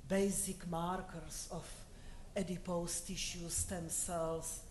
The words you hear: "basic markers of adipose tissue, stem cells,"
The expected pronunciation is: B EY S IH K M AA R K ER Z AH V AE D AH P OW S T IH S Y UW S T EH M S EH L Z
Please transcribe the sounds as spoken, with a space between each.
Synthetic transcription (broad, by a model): B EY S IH K M AA R K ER S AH F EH D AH P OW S T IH SH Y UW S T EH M S EH L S